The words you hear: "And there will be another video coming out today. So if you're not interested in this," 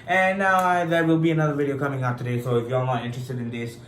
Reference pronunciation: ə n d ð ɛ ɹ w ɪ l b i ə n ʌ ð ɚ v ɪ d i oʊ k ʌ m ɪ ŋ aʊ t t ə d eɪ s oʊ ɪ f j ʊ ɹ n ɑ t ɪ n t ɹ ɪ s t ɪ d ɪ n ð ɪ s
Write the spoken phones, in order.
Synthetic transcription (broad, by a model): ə n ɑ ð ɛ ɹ w ɪ l b i ə n ʌ ð ɚ v ɪ d i oʊ k ʌ m ɪ ŋ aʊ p t ə d eɪ s oʊ ɪ f j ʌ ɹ n ɑ t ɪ n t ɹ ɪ s t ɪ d ɪ n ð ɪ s